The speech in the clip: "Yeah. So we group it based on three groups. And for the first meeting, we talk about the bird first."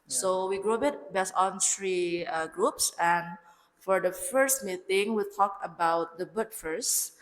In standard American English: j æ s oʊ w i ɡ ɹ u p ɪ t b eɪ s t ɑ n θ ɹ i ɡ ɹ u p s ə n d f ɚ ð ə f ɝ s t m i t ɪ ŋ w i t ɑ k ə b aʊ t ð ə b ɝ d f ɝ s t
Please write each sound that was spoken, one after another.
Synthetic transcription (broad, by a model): s oʊ w i ɡ ɹ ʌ b ɪ t b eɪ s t ɑ n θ ɹ i ɡ ɹ u p s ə n f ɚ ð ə f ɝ s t m i t ɪ ŋ w i t ɑ k ə b aʊ t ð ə b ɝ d f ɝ s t